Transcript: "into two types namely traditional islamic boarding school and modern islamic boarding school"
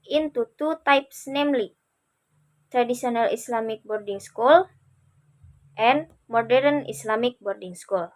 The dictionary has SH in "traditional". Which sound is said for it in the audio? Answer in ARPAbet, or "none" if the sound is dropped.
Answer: S